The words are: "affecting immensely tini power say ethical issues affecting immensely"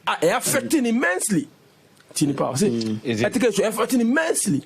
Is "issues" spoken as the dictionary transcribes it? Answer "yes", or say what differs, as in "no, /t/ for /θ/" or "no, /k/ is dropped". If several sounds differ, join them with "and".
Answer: no, /ʃ/ is dropped and /z/ is dropped